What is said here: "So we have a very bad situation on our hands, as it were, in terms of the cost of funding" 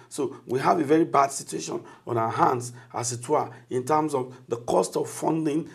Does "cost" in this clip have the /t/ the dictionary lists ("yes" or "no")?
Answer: yes